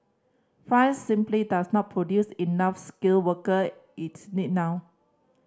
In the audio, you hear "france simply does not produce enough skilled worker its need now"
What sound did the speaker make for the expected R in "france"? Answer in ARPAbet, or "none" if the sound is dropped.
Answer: none